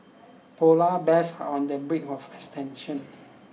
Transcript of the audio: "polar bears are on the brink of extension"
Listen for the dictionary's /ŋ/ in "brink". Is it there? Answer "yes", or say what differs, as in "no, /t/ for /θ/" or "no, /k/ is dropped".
no, /ŋ/ is dropped